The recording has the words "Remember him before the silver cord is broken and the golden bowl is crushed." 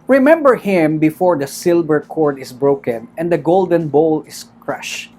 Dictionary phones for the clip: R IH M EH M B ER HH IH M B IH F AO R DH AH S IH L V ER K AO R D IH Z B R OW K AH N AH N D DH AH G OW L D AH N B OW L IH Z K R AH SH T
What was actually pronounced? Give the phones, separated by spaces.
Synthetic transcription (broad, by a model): R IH M EH M B ER HH IH M B IH F AO R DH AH S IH L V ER K AO R D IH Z B R OW K AH N AH N D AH G OW L D AH N B OW L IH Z K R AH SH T